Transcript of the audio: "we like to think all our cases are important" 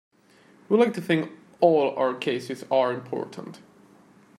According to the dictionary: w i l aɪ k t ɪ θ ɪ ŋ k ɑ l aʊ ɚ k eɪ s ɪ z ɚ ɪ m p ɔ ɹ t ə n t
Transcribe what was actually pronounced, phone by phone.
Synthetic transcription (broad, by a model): w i l aɪ k t ɪ θ ɪ ŋ k ɑ l aʊ ɚ k eɪ s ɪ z ɚ ɪ m p ɔ ɹ t ə n t